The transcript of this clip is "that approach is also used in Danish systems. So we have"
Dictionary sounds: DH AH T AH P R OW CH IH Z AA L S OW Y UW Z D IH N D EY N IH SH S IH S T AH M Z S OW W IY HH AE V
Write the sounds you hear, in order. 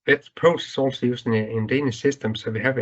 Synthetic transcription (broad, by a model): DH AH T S P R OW S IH S AA L S OW Y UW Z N IH N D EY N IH S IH S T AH M S OW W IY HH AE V